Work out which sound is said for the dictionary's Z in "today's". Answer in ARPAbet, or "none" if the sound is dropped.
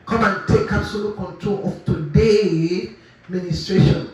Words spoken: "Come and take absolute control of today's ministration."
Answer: none